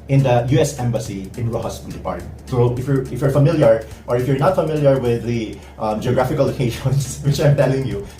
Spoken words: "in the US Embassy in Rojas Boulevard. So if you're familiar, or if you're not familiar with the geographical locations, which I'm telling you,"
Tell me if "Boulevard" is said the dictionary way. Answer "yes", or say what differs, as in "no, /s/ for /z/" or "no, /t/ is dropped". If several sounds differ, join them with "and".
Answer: no, /p/ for /v/